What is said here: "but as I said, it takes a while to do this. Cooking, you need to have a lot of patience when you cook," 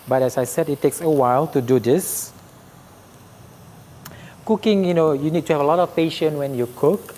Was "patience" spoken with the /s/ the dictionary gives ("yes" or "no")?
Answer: no